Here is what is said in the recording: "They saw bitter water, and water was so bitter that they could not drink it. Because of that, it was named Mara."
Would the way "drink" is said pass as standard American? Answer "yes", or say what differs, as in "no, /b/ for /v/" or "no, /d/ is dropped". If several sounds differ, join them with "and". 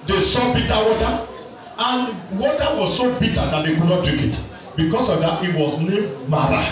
no, /ŋ/ is dropped